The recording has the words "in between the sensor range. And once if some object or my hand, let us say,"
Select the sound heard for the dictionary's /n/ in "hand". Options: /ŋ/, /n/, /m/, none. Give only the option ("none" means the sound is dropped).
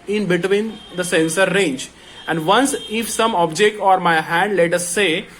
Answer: /n/